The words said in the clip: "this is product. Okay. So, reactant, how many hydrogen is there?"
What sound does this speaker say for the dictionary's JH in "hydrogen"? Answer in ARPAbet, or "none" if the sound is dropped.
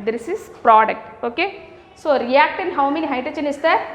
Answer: CH